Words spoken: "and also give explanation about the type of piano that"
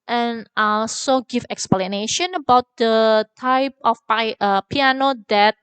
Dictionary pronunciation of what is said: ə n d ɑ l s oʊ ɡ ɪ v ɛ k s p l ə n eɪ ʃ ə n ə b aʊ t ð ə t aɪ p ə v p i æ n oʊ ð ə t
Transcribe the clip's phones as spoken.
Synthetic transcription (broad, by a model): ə n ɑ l s oʊ ɡ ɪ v ɛ k s p l ə n eɪ ʃ ə n ə b aʊ t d ə t aɪ p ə p p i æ n oʊ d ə t